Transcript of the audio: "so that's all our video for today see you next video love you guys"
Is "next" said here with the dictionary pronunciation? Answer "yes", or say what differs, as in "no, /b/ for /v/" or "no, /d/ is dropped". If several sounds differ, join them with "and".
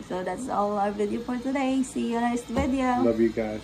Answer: no, /k/ is dropped